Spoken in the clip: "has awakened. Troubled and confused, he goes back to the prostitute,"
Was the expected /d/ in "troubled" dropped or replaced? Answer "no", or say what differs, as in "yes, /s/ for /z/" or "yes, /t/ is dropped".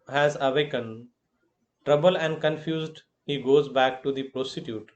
yes, /d/ is dropped